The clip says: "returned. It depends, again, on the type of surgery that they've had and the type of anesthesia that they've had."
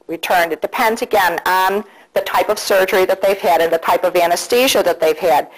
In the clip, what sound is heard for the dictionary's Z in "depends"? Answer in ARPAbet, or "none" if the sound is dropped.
Z